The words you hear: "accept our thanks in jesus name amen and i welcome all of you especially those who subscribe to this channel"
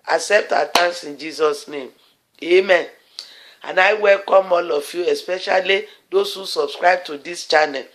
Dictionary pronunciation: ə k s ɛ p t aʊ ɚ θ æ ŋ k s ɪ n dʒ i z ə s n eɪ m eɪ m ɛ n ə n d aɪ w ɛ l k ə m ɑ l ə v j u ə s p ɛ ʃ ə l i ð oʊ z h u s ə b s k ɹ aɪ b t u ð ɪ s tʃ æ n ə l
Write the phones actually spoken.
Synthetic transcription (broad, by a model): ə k s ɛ p t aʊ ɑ t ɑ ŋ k s ɪ n dʒ i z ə s n eɪ m eɪ m ɛ n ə n aɪ w ɛ l k ə m ɑ l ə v j u ə s p ɛ ʃ ə l i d oʊ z h u s ə b s k ɹ aɪ b t u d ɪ s tʃ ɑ n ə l